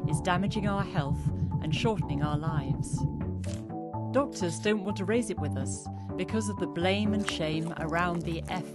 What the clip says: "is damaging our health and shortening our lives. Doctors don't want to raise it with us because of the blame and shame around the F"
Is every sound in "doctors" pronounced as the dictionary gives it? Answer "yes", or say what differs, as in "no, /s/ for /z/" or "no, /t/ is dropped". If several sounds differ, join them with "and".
yes